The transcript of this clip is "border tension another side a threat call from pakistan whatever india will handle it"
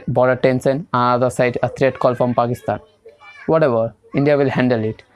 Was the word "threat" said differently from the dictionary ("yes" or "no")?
yes